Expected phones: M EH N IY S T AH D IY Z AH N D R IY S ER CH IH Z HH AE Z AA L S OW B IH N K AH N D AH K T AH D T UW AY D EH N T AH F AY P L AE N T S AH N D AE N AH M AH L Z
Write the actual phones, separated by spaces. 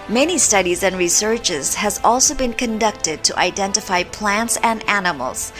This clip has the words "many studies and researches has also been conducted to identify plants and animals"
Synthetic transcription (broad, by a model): M EH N IY S T AH D IY Z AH N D R IY S ER CH IH Z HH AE Z AA L S OW B IH N K AH N D AH K T AH D T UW AY D EH N T AH F AY P L AE N T S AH N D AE N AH M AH L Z